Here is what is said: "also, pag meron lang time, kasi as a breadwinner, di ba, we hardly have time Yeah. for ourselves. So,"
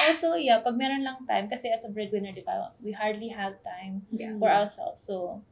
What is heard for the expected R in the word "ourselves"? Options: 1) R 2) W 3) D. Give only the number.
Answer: 2